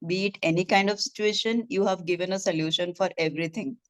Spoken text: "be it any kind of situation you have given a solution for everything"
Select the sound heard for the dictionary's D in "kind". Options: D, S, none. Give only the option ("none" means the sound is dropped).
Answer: D